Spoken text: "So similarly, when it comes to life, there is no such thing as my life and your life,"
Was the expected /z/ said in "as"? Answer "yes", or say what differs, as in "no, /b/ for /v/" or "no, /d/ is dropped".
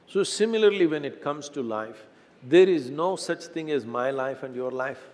yes